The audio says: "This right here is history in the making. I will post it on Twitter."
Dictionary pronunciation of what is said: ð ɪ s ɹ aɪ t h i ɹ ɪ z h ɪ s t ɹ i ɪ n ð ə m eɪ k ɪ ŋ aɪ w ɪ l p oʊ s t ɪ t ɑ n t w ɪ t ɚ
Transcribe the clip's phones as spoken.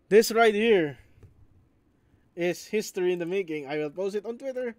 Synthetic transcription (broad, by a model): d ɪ s ɹ aɪ t h i ɹ ɪ s h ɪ s t ɹ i ɪ n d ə m eɪ k ɪ ŋ aɪ w ɪ l p oʊ s t ɪ t ɑ n t w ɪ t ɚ